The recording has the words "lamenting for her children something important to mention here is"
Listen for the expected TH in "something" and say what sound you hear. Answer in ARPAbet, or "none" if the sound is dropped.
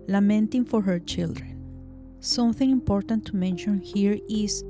TH